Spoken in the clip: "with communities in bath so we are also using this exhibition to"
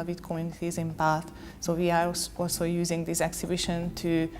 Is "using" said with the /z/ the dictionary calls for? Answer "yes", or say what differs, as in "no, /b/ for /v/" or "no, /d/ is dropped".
yes